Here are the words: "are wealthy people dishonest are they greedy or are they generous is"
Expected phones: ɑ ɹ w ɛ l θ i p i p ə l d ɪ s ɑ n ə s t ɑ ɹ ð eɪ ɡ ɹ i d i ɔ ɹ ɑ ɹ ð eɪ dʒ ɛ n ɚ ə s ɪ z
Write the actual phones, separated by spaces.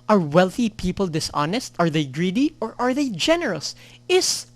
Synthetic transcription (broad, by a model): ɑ ɹ w ɛ l θ i p i p ə l d ɪ s ɑ n ə s t ɑ ɹ ð eɪ ɡ ɹ i d i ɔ ɹ ɑ ɹ ð eɪ dʒ ɛ n ɚ ə s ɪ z